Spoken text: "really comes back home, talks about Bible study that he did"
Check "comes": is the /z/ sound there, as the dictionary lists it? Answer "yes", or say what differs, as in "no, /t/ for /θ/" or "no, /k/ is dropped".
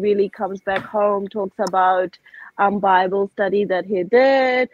yes